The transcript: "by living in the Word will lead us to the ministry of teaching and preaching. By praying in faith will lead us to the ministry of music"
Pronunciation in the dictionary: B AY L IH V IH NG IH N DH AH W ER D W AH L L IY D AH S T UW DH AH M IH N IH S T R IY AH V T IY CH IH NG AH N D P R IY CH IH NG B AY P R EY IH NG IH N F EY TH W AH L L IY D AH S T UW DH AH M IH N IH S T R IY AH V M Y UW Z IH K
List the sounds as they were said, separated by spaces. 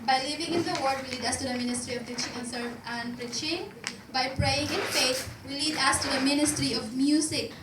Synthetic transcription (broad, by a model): B AY L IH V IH NG IH N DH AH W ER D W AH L L IY D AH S T UW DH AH M IH N IH S T R IY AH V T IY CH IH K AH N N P R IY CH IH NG B AY P R EY IH NG IH N F EY T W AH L L IY D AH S T UW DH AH M IH N IH S T R IY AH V M Y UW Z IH K